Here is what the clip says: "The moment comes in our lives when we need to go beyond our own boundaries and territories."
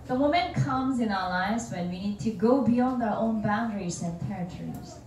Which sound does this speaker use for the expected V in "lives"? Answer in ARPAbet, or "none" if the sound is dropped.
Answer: V